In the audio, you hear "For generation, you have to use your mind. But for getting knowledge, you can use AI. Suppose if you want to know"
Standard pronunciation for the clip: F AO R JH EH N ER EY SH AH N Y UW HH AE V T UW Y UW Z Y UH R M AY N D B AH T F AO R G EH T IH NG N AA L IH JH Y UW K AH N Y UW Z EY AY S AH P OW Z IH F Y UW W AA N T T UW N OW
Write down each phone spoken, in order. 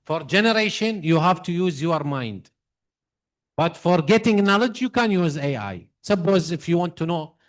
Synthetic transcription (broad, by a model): F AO R JH EH N ER EY SH AH N Y UW HH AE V T UW Y UW Z Y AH R M AY N D B AH T F AO R G EH T IH NG N AA L IH JH Y UW K AH N Y UW Z EY AY S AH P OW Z IH F Y UW W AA N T T UW N OW